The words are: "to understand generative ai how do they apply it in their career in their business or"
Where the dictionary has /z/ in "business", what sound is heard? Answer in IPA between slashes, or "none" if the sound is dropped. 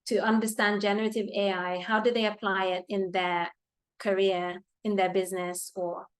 /z/